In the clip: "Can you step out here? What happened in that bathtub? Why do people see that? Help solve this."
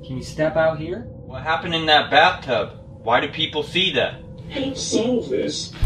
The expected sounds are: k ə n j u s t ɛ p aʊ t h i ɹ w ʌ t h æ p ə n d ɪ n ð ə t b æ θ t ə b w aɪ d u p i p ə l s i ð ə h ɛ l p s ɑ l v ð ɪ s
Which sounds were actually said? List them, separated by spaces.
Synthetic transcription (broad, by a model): k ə n j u s t ɛ p aʊ t h i ɹ w ʌ t h æ p ə n d ɪ n ð ə t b æ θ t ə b w aɪ d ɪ p i p l s i ð ə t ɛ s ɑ v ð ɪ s